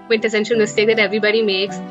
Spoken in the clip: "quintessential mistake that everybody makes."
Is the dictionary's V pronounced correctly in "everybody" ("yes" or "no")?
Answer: yes